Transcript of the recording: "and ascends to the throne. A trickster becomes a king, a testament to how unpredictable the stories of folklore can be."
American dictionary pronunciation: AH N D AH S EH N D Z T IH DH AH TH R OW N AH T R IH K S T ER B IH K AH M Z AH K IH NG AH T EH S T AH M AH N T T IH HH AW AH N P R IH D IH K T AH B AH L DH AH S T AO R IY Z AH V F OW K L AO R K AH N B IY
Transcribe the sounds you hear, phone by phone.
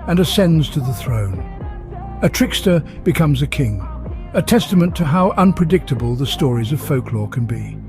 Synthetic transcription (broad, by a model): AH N AH S EH N D Z T IH DH AH TH R OW N AH T R IH K S T ER B IH K AH M Z AH K IH NG AH T EH S T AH M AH N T T IH HH AW AH N P R IH D IH K T AH B AH L DH AH S T AO R IY Z AH V F OW K L AO R K AH N B IY